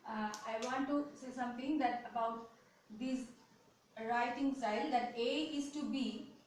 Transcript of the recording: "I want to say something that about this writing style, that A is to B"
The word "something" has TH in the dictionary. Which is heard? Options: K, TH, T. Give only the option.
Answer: T